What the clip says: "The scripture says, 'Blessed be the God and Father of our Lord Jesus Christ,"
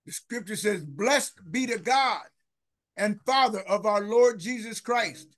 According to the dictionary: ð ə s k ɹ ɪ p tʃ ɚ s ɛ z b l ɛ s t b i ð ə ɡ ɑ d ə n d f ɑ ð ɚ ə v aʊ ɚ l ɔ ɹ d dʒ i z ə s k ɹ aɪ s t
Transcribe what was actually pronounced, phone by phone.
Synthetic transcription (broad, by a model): ð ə s k ɹ ɪ p tʃ ɚ s ɛ z b l ɛ s t b i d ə ɡ ɑ d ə n f ɑ ð ɚ ə v aʊ ɚ l ɔ ɹ d dʒ i z ə s k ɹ aɪ s t